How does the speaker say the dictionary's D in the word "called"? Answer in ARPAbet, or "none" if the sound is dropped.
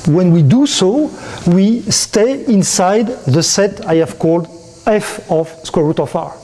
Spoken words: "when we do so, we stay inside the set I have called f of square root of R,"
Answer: D